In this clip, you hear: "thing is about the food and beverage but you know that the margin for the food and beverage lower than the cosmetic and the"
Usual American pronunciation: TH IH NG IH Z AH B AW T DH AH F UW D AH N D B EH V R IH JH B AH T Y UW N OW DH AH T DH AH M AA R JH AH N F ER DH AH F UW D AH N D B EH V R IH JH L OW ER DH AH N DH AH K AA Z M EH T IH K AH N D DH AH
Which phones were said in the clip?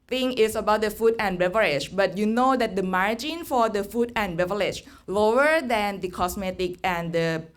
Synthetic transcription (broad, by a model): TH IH NG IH S AH B AW T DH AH F UW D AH N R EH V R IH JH B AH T Y UW N OW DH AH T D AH M AA R JH AH N F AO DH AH F UW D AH N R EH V L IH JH L OW ER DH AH N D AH K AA S M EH T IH K AH N D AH